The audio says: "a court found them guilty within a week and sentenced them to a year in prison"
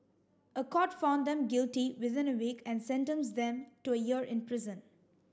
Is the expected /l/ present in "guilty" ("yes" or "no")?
yes